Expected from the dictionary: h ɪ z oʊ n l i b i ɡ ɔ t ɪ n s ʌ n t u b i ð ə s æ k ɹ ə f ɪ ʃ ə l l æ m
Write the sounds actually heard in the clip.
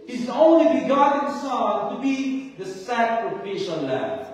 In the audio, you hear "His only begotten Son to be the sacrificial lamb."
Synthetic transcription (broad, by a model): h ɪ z oʊ n l i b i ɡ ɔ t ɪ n s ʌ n t u b i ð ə s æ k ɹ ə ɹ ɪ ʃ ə n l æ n